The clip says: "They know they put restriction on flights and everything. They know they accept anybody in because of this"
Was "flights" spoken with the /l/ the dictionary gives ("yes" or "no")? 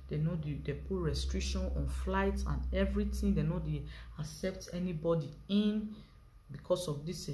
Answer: yes